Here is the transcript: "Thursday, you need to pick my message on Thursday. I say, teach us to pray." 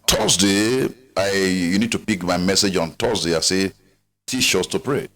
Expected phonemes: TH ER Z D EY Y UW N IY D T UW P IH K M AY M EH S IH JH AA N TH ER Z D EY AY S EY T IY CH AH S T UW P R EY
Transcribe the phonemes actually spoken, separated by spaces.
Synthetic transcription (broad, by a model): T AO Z D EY Y UW N IY D T UW P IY K M AY M EH S IH JH AA N T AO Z D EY AY S EY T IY SH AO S T UW P R EY